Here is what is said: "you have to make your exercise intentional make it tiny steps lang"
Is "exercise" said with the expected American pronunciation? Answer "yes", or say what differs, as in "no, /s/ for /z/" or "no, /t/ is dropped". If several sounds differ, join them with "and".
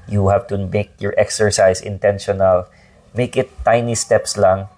no, /s/ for /z/